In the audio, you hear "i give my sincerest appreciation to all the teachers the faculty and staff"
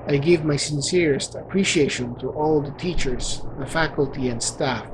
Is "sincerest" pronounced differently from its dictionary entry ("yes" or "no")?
no